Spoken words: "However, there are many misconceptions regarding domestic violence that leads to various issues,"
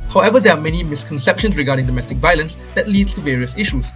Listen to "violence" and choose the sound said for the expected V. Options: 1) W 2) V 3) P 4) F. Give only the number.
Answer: 2